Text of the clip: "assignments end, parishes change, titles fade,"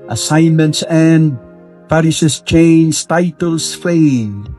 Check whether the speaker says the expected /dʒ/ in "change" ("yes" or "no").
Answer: no